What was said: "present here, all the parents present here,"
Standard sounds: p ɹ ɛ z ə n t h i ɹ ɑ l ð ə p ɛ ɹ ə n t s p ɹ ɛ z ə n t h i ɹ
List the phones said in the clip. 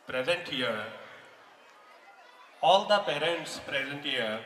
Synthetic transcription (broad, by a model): p ɹ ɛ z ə n t h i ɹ ɑ l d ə p ɛ ɹ ə n t s p ɹ ɛ z ə n t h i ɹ